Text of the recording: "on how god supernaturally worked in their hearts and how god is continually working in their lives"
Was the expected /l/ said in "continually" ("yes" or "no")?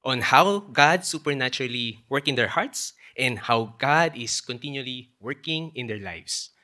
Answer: yes